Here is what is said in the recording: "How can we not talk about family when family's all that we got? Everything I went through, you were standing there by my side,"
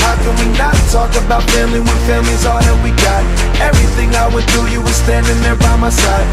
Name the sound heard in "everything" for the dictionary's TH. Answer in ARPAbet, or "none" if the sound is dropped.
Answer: TH